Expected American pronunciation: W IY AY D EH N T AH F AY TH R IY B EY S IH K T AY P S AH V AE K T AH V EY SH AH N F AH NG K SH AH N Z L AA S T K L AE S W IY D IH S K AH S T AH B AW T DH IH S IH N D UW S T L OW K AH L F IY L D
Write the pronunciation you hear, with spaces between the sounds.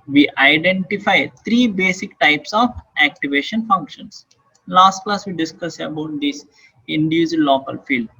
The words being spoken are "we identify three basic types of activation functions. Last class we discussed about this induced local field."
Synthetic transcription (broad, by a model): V IY AY D EH N T AH F AY T R IY B EY S IH K T AY P S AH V AE K T AH V EY SH AH N F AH NG K SH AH N S L AA S T K L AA S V IY D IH S K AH S AH B AW T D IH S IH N D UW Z L OW K AH L F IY L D